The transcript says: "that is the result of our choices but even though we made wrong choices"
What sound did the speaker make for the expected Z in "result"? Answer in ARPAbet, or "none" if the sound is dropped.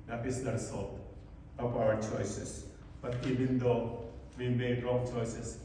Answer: S